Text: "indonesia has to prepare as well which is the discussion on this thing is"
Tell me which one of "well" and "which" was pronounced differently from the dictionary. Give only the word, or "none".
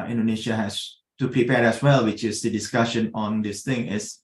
none